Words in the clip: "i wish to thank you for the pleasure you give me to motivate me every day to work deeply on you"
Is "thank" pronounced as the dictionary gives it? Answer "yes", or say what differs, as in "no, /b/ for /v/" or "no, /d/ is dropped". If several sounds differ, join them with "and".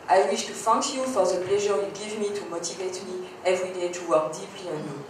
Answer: no, /f/ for /θ/